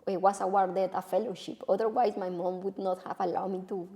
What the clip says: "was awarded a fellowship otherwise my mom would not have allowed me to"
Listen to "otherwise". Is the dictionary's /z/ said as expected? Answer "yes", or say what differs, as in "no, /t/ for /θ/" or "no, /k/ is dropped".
no, /s/ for /z/